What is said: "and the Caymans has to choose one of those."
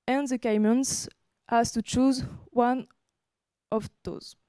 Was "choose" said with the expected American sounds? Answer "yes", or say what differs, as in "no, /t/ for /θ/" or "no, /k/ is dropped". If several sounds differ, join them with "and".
yes